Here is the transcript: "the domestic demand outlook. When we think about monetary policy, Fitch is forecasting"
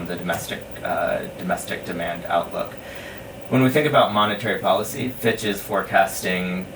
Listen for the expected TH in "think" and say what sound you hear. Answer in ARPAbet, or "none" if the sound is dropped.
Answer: TH